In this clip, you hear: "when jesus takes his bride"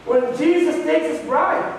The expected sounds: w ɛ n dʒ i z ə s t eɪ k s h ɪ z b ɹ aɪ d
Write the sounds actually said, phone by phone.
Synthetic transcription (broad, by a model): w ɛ n dʒ i z ə s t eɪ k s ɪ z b ɹ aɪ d